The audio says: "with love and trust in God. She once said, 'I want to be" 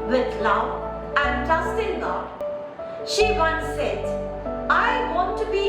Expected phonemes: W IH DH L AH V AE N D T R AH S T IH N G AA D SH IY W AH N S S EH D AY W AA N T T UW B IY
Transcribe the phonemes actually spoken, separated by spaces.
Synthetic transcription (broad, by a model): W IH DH L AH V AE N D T AH S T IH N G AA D SH IY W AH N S S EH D AY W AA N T T UW B IY